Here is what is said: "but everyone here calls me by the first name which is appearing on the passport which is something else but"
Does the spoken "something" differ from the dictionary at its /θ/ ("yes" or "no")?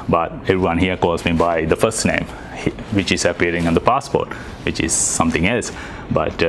yes